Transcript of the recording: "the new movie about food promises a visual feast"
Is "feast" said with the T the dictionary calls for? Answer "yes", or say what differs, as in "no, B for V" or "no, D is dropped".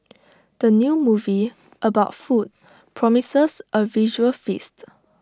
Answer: yes